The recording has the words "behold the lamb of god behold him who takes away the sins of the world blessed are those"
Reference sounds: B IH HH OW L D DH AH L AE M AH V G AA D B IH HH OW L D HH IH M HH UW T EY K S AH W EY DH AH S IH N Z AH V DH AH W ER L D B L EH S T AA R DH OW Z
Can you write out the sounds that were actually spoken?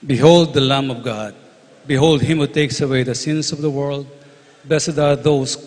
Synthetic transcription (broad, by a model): B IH HH OW L D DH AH L AE M AH V G AA D B IH HH OW L D HH IH M HH UW T EY K S AH W EY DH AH S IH N S AH V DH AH W ER L D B EH S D AA R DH OW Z